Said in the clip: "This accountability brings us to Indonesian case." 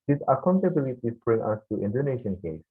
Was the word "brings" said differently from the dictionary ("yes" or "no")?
yes